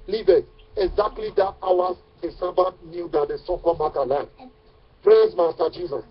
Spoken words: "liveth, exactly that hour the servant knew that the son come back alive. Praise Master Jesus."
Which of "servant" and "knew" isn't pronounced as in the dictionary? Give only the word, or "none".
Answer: servant